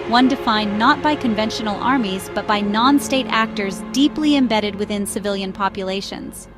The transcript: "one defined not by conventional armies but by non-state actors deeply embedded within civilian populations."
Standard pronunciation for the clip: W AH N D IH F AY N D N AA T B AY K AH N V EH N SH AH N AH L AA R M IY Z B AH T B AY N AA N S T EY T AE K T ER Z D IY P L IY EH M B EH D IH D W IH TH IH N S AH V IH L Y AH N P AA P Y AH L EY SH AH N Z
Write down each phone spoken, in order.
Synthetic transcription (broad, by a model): W AH N D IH F AY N N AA T B AY K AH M V EH N SH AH N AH L AA R M IY Z B AH T B AY N AA N S T EY T AE K T ER Z D IY P L IY EH M B EH D IH D W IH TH IH N S AH V IH L Y AH N P AA P Y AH L EY SH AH N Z